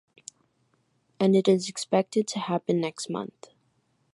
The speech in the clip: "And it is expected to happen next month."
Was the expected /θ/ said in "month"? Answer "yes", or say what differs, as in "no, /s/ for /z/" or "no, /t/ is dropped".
yes